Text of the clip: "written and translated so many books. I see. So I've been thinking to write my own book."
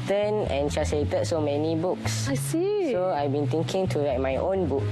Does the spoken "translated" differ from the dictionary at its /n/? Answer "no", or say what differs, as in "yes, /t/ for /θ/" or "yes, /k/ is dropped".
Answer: yes, /n/ is dropped